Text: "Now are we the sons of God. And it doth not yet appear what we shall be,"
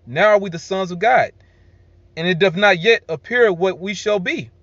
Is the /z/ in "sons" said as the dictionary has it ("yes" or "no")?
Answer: yes